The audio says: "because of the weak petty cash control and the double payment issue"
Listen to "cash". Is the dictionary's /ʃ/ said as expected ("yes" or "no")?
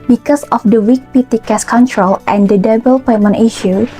no